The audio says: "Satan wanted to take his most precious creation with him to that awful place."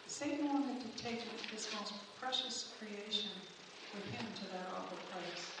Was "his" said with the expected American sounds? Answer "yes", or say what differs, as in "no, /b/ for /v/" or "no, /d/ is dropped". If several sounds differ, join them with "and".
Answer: no, /s/ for /z/